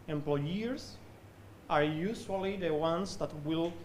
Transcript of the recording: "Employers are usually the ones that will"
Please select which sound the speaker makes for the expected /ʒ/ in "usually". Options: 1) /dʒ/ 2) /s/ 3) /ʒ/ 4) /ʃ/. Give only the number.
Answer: 2